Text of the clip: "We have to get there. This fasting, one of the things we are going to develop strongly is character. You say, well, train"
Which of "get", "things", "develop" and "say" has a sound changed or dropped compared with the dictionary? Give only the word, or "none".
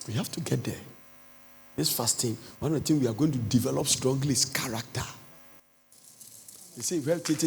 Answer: things